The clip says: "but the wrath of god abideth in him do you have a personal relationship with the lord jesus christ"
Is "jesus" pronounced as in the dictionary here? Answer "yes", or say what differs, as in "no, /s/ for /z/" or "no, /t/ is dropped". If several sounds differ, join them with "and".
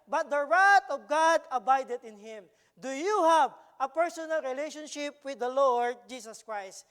no, /s/ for /z/